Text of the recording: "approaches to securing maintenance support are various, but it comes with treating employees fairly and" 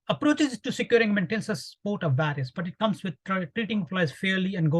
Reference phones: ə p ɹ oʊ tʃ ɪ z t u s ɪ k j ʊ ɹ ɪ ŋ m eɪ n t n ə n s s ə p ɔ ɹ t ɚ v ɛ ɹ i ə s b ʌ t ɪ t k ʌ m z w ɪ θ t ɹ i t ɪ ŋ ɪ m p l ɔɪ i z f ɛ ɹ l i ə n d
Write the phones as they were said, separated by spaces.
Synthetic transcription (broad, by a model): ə p ɹ oʊ tʃ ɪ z t u s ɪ k j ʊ ɹ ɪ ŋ m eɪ n t ə n s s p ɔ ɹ t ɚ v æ ɹ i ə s b ʌ t ɪ t k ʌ m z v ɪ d t ɹ i t ɪ ŋ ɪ p l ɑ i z f ɛ ɹ l i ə n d